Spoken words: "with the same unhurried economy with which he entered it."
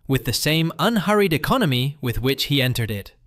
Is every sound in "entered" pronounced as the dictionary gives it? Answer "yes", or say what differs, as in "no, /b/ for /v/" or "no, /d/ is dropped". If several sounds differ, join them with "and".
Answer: yes